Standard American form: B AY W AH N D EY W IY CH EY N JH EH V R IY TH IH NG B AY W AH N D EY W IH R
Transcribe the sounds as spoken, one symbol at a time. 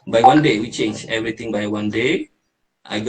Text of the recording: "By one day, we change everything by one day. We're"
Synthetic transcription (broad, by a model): B AY W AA N D EY W IY CH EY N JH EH V R IY T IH NG B AY W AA N D EY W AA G